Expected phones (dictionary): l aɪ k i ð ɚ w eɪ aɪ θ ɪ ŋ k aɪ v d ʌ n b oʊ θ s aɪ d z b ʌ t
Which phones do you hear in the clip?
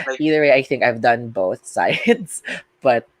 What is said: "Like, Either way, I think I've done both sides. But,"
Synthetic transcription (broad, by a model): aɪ i ð ɚ w eɪ aɪ θ ɪ ŋ k aɪ v d ʌ n b oʊ θ s aɪ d s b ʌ t